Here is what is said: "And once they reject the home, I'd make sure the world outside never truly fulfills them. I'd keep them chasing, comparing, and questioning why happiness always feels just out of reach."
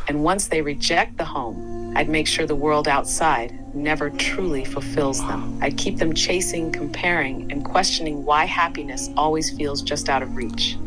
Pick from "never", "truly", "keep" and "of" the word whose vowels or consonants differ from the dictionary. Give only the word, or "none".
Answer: none